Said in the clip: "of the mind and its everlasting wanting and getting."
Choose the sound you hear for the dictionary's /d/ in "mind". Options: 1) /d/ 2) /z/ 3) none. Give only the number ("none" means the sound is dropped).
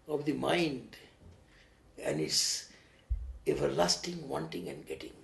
1